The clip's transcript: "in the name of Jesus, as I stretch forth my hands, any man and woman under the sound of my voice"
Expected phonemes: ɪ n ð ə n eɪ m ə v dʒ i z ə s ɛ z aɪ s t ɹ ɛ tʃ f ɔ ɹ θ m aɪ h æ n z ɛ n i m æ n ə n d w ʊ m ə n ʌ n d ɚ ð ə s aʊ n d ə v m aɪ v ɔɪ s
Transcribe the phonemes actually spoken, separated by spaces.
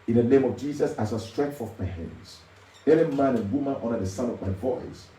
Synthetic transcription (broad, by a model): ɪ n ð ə n eɪ m ə v dʒ i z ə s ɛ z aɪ s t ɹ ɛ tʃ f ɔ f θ m aɪ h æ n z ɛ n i m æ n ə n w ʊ m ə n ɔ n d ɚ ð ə s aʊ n ə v m aɪ v ɔɪ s